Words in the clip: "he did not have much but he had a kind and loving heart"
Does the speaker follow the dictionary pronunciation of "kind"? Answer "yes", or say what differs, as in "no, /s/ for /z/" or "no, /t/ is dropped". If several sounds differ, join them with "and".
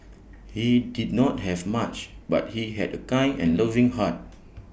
no, /d/ is dropped